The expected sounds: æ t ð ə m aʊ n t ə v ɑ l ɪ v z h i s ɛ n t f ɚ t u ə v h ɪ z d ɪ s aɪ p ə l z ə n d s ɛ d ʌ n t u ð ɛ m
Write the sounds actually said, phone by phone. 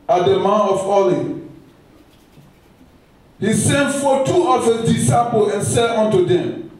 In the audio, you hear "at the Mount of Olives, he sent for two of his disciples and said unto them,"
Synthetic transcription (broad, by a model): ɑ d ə m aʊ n ə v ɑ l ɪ h i s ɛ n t f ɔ t u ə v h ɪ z d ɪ s aɪ p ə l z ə n s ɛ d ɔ n t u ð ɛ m